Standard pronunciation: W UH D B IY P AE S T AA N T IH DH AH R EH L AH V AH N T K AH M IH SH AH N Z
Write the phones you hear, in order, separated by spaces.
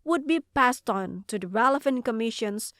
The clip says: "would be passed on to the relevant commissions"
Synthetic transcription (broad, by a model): W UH D B IY P AE S T N T IH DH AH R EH L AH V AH N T K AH M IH SH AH N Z